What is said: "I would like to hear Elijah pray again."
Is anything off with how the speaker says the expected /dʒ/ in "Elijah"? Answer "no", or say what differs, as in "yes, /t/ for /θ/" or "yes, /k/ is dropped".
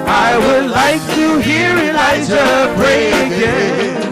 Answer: yes, /z/ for /dʒ/